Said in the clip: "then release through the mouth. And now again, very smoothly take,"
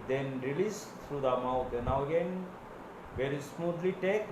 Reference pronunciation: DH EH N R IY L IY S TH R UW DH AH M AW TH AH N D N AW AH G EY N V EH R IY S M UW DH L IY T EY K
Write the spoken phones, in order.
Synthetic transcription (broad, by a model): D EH N R IY L IY S T R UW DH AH M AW T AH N N AW AH G EY N V EH R IY S M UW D L IY T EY K